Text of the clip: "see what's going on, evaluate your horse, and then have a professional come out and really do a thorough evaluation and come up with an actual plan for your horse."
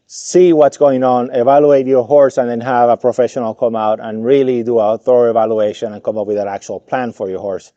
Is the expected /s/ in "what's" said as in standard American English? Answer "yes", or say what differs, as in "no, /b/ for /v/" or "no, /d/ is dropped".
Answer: yes